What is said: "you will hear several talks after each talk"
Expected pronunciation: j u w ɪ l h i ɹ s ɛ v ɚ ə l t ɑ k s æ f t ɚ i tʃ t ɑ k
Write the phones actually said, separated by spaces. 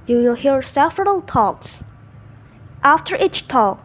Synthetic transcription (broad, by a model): j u w ɪ l h i ɹ s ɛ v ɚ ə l t ɑ k s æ f t ɚ i tʃ t ɑ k